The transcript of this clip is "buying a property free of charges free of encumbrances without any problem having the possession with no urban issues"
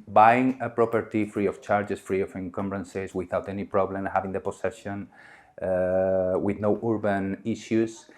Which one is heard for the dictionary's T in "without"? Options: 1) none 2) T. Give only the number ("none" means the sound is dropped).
2